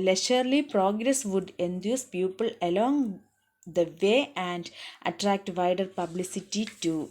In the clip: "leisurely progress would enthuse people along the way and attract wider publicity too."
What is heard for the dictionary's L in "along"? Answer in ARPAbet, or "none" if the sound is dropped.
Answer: L